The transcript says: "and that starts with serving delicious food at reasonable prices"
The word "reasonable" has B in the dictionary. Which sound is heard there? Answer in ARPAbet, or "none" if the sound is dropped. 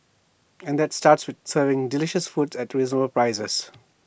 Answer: none